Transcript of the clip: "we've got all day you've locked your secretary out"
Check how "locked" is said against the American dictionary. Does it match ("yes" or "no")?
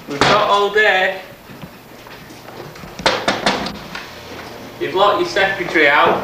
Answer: no